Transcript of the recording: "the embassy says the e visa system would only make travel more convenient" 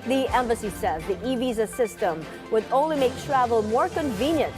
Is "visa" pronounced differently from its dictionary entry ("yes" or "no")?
no